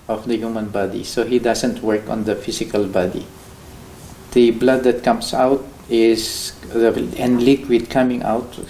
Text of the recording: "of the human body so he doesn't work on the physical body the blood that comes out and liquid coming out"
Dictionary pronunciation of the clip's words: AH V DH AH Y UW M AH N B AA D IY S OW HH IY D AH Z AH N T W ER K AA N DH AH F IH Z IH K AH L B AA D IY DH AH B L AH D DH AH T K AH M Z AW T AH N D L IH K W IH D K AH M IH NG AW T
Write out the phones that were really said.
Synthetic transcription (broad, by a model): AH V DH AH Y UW M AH N B AA D IY S OW HH IY D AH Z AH N T W ER K AA N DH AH F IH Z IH K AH L B AA D IY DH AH B L AH D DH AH T K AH M S AW T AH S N L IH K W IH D K AH M IH NG AW T